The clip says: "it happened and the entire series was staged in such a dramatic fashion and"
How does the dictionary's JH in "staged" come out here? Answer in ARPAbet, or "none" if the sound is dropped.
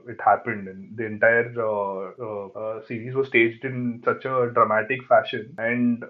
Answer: JH